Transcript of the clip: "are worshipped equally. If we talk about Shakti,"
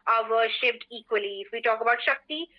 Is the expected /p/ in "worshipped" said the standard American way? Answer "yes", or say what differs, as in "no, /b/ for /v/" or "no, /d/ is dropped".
no, /f/ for /p/